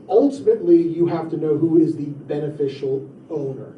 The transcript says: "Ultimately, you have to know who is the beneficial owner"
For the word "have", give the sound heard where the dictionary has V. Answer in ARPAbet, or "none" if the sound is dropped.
F